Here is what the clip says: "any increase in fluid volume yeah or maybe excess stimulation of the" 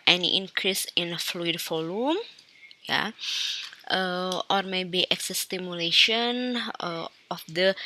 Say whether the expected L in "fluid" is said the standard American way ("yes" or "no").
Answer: yes